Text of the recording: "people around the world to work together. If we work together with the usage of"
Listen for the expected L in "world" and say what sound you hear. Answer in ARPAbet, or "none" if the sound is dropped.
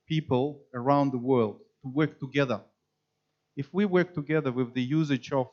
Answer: L